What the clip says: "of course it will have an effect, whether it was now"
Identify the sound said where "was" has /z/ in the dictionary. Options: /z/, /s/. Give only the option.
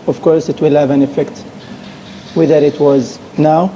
/z/